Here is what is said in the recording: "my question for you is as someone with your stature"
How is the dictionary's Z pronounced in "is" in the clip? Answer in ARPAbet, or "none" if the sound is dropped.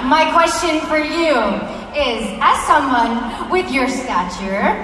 Z